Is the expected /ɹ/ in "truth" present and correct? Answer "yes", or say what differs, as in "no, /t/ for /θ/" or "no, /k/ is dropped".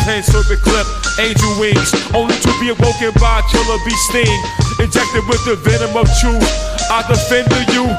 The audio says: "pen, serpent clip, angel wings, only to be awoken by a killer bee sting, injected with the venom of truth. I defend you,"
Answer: no, /ɹ/ is dropped